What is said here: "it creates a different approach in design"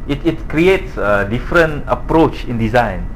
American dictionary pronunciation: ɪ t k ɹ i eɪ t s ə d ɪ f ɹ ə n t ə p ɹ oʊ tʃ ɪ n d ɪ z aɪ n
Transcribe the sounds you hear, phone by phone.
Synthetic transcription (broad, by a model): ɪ t k ɹ i eɪ t s ə d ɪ f ɹ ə n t ə p ɹ oʊ tʃ ɪ n d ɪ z aɪ n